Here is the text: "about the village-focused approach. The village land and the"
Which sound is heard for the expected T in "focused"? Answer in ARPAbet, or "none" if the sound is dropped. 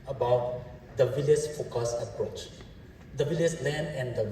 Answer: none